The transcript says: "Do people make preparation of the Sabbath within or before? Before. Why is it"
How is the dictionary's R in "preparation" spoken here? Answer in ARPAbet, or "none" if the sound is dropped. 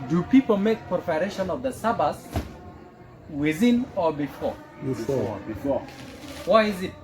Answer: none